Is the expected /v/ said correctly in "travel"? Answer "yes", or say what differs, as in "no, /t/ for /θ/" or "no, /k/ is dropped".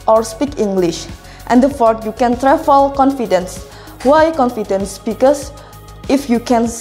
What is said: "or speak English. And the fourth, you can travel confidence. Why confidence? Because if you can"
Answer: no, /f/ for /v/